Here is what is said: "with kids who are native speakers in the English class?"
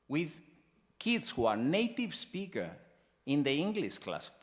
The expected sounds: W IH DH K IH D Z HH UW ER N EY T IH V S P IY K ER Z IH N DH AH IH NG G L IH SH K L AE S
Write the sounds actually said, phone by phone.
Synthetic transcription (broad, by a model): W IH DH K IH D S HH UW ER N EY T IH V S P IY K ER IH N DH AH IH NG G L IH SH K L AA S